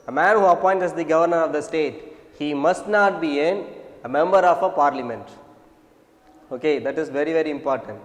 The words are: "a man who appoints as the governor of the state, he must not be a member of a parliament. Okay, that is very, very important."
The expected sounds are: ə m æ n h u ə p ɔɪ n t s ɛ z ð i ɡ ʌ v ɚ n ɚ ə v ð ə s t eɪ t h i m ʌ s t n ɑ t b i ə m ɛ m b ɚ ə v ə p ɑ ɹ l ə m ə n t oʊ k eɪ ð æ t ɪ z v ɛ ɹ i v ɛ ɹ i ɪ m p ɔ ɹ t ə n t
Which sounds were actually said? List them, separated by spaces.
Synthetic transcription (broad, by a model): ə m æ n h u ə p ɔɪ n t ɛ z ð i ɡ ʌ v ɚ n ɚ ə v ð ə s t eɪ t h i m ʌ s t n ɑ t b i ə m ɛ m b ɚ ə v ə p ɑ ɹ l ə m ə n t oʊ k eɪ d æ t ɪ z v ɛ ɹ i v ɛ ɹ i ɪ m p ɔ ɹ t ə n t